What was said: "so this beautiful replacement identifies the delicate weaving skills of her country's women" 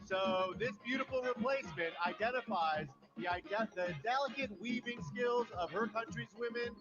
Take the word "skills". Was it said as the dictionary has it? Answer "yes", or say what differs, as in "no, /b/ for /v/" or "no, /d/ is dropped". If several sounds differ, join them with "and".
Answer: yes